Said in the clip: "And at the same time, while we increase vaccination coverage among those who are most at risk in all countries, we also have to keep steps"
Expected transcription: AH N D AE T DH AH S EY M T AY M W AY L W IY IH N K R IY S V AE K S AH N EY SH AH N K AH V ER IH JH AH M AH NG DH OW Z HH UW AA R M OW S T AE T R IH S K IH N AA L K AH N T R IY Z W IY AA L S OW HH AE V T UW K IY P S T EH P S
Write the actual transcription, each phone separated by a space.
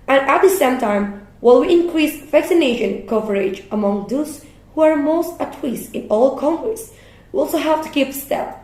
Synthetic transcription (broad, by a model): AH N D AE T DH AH S EY M T AY M W AY L W IY IH N K R IY S V AE K S AH N EY SH AH N K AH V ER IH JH AH M AH NG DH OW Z HH UW AA R M OW S T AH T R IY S IH N AA L K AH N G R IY S W IY AA L S OW HH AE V T UW K IY P S T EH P